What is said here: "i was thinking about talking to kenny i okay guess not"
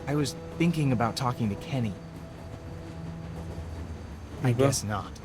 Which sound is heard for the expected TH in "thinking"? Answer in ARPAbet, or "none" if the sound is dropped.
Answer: TH